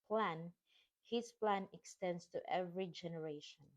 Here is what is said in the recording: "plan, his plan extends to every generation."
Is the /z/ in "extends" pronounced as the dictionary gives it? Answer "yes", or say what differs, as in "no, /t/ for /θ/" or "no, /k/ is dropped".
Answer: no, /s/ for /z/